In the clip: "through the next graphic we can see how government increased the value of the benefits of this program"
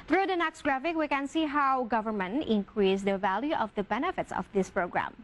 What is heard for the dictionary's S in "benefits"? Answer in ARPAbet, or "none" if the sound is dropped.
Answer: S